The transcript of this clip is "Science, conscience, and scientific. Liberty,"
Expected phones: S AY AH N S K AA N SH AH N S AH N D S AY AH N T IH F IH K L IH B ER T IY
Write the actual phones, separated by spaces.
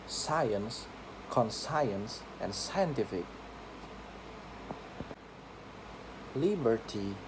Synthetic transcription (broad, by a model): S AY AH N S K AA N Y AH N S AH N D S AY AH N T IH F IH K L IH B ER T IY